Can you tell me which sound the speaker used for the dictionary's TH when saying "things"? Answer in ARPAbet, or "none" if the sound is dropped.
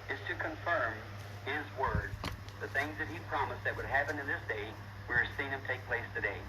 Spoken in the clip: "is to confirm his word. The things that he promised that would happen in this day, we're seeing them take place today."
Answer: TH